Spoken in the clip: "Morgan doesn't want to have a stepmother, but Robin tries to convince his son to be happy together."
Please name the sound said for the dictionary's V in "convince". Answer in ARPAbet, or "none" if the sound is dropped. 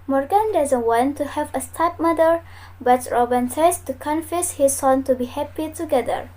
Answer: F